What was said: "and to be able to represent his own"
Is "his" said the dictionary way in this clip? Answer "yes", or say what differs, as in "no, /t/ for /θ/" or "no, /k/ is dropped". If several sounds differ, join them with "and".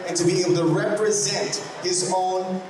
yes